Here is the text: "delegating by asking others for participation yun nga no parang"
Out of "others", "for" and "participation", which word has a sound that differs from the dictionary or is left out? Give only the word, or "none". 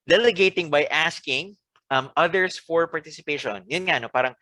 others